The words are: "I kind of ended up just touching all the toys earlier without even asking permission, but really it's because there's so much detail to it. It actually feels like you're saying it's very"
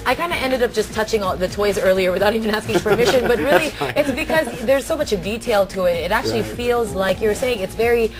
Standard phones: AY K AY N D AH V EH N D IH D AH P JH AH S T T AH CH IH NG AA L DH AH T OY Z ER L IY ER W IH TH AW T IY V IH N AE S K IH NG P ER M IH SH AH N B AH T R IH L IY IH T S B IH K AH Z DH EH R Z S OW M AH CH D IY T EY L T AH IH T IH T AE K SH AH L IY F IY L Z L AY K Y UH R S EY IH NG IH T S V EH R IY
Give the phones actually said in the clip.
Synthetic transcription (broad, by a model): AY K AY N D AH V EH N D IH D AH P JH AH S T T AH CH IH NG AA DH AH T OY Z ER L IY ER W IH TH AW T IY V IH N AE S K IH NG P ER M IH SH AH N B AH T R IH L IY IH T S B IH K AH Z DH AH R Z S OW M AH CH D IY T EY L T AH IH T IH T AE K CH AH L IY F IY L Z L AY K Y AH R S EY IH NG IH T S V EH R IY